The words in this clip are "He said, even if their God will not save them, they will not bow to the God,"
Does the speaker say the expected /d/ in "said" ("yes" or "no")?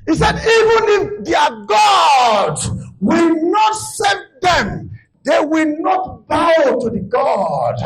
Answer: yes